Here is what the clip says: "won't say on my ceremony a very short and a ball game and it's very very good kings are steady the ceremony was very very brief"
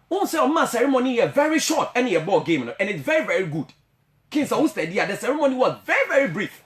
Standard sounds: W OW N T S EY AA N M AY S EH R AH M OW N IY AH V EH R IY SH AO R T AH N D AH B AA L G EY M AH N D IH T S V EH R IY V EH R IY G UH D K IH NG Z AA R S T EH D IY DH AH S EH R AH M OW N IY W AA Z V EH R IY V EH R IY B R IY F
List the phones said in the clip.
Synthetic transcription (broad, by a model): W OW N S EY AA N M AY S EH R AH M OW N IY AH V EH R IY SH AO T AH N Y AH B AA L G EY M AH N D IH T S V EH R IY V EH R IY G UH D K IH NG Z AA W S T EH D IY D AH S EH R AH M OW N IY W AA Z V EH R IY V EH R IY B R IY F